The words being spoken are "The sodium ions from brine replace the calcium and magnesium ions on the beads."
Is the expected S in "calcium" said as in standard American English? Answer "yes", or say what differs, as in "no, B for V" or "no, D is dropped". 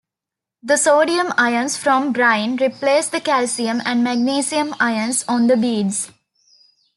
yes